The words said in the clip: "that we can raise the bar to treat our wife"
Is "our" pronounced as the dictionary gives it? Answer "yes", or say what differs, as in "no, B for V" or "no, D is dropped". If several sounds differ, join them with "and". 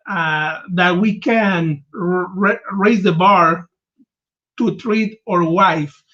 yes